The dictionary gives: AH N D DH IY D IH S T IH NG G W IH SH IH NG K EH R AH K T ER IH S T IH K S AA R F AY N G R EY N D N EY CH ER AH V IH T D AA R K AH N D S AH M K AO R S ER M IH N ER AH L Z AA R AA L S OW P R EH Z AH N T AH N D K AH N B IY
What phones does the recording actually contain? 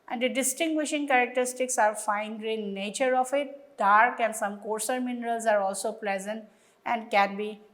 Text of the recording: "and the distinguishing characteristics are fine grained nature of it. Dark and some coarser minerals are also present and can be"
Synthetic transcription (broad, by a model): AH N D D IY D IH S T IH NG G W IH SH IH NG K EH R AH K T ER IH S T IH K S AA R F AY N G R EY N N EY CH ER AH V IH T D AA R K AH N S AH M K AO R S ER M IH N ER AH L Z AA R AA L S OW P L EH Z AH N T AH N D K AH N B IY